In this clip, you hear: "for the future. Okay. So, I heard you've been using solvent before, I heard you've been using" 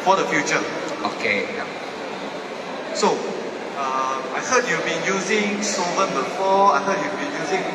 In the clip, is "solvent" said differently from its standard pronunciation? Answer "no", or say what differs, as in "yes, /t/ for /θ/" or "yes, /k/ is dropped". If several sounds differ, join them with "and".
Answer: yes, /l/ is dropped